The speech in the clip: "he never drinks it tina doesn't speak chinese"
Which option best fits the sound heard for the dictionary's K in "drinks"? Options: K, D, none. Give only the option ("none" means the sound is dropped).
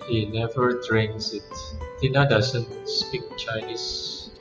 none